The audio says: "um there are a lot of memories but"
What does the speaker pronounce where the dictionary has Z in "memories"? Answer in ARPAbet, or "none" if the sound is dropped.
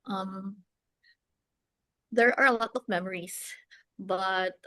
S